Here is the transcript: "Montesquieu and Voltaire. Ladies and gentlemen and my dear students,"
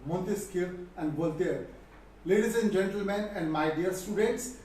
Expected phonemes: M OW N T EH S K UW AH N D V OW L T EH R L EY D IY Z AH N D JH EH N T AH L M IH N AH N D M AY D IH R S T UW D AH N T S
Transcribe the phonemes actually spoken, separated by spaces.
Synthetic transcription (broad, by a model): M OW N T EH S K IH AH N D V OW L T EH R L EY D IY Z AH N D JH EH N T AH L M IH N AH N D M AY D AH R S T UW D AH N T S